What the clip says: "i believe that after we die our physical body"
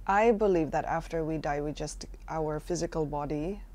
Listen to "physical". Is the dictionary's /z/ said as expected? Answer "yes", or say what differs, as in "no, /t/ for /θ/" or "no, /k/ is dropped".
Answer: yes